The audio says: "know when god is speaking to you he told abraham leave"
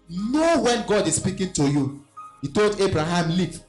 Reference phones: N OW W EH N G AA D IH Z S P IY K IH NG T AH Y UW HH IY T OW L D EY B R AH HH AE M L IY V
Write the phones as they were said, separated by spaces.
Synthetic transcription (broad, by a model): N OW W EH N G AA D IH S P IY K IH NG T AH Y UW HH IY T OW L D EY B R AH HH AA M L IY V